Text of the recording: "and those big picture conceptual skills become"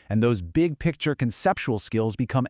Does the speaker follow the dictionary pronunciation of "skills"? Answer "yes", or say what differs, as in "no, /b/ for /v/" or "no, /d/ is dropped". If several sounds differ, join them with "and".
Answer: yes